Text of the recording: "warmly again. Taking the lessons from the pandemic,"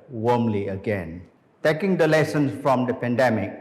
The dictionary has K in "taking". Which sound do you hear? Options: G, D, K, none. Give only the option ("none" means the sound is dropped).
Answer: K